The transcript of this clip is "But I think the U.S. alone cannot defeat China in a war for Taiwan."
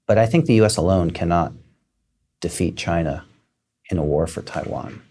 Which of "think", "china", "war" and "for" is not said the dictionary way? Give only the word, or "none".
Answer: none